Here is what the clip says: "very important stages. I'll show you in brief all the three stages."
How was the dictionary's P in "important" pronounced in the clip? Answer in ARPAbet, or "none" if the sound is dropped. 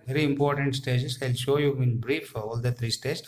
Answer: P